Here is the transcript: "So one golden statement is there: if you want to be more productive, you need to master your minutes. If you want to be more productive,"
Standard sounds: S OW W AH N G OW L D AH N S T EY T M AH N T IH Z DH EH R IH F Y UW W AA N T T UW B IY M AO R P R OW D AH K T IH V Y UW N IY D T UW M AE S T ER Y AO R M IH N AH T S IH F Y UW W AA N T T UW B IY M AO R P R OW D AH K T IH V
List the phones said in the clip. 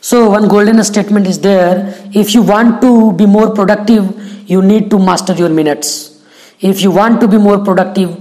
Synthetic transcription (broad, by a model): S OW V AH N G OW L D AH N S T EY T M AH N T IH Z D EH R IH F Y UW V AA N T T UW B IY M AO R P R OW D AH K T IH V Y UW N IY D T UW M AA S T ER Y AO R M IH N AH T S IH F Y UW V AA N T T UW B IY M AO R P R OW D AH K T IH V